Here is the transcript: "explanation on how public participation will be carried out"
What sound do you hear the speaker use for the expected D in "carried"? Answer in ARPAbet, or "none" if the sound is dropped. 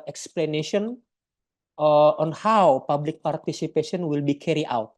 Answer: none